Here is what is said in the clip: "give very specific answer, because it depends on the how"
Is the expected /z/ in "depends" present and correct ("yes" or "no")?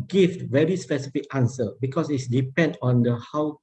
no